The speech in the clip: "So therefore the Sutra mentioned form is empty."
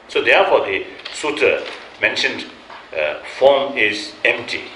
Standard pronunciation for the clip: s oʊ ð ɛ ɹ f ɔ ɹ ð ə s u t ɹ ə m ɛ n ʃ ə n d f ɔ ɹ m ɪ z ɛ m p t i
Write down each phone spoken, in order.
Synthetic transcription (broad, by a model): s oʊ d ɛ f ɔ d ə s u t ə m ɛ n ʃ ə n d f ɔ m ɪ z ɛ m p t i